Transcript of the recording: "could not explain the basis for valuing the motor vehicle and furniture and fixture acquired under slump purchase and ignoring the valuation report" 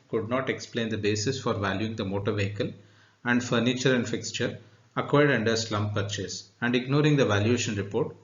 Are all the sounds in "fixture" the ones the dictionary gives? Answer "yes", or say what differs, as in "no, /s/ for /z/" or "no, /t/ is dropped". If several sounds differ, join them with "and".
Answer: yes